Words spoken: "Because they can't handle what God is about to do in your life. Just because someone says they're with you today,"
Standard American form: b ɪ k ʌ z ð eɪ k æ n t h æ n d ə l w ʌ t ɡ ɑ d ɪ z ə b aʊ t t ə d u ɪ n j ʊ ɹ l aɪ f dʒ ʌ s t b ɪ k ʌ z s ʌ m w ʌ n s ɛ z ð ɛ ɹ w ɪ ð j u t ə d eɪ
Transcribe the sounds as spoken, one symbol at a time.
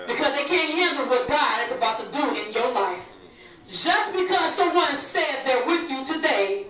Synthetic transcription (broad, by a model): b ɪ k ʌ z ð eɪ k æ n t h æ n d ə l w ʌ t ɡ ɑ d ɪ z ə b aʊ t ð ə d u ɪ n j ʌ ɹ l aɪ f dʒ ʌ s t b ɪ k ʌ z s ʌ m w ʌ n s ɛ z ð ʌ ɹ w ɪ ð j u t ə d eɪ